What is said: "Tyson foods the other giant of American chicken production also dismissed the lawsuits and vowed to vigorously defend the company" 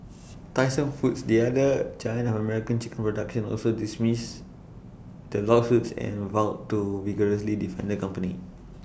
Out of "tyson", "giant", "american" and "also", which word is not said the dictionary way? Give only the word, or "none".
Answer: giant